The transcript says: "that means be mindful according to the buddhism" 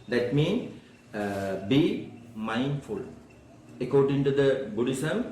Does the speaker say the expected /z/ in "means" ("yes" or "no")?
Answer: no